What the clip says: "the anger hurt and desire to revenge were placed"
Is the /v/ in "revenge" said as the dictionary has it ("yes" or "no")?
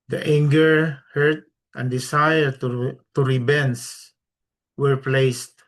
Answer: no